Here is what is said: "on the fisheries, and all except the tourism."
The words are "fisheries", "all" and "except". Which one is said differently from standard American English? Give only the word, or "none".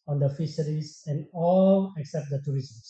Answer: fisheries